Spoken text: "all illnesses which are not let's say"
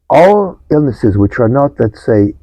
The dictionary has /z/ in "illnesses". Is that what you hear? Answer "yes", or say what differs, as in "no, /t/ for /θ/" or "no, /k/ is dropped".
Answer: yes